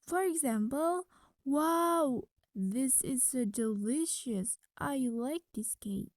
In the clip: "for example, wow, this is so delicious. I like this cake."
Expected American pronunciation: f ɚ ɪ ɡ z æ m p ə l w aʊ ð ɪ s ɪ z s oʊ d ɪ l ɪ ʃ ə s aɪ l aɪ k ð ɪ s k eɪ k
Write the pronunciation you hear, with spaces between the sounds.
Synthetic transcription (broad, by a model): f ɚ ɪ ɡ z æ m p ə l w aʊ ð ɪ s ɪ z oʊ d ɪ l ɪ ʃ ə s aɪ l aɪ k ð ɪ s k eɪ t